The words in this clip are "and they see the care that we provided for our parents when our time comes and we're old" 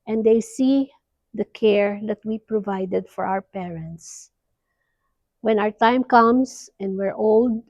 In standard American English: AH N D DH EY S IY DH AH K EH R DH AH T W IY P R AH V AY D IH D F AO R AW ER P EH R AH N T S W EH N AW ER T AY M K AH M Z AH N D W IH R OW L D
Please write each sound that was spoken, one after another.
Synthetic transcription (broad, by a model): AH N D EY S IY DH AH K EH R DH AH T W IY P R AH V AY D IH D F AO R AW ER P EH R AH N T S W EH N AW ER T AY M K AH M S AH N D W IH R OW L D